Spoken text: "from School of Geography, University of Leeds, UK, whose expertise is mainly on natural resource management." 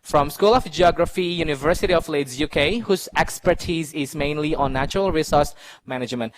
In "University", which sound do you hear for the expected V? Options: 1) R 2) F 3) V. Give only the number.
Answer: 3